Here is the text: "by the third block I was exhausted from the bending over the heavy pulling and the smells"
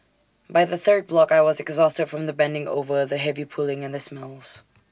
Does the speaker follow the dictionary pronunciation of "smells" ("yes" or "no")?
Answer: yes